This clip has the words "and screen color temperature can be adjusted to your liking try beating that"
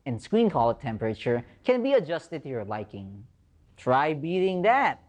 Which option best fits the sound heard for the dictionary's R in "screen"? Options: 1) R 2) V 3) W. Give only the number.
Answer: 3